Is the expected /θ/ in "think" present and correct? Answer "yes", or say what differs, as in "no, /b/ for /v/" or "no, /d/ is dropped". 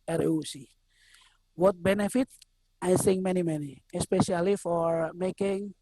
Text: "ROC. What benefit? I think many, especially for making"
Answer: no, /s/ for /θ/